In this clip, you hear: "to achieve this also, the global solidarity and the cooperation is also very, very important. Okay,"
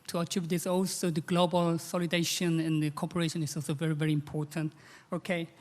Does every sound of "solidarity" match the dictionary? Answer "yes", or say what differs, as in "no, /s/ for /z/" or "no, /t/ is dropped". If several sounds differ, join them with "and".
no, /ɹ/ is dropped